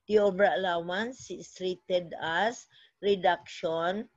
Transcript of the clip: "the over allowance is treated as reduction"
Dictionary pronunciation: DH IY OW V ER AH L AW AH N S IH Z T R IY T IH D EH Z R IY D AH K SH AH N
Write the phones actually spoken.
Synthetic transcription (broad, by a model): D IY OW B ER AH L AW AH N S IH S T R IY T IH D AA S R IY D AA K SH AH N